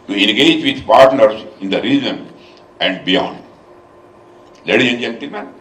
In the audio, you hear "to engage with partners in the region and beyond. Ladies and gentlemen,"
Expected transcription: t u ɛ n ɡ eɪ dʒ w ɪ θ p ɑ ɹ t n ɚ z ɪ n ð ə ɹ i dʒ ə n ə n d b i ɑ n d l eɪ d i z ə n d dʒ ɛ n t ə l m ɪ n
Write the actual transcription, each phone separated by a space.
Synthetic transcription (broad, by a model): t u ɛ n ɡ eɪ dʒ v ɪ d p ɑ ɹ t n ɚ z ɪ n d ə ɹ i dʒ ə n ə n d b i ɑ n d l eɪ d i ə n dʒ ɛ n t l m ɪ n